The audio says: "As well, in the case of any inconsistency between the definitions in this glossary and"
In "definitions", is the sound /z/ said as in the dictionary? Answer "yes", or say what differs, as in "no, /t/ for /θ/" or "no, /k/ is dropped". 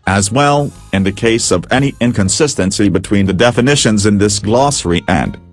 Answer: yes